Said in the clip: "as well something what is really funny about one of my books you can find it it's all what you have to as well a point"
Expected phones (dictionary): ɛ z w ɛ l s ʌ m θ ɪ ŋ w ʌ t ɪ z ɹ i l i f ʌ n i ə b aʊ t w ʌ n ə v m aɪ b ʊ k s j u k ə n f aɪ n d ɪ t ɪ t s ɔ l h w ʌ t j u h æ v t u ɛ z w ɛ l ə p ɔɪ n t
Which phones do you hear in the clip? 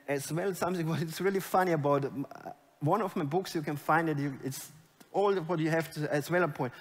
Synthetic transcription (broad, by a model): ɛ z w ɛ l s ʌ m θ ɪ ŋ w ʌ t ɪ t ɹ i l i f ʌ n i ə b aʊ t w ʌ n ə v m aɪ b ʊ k s j u k ə n f aɪ n d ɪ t ɪ t s ɔ l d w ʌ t j u h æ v t u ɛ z w ɛ l ə p ɔɪ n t